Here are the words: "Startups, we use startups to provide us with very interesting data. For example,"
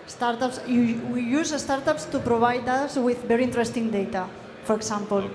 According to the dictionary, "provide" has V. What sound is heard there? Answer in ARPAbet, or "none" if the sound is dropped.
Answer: B